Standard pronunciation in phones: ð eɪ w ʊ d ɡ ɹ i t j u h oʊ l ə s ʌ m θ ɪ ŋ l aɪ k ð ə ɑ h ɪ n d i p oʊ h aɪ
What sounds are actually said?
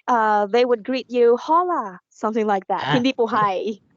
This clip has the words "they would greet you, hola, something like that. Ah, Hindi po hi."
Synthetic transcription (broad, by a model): ð eɪ w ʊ d ɡ ɹ i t j u h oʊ l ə s ʌ m θ ɪ ŋ l aɪ k ð ə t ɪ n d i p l h aɪ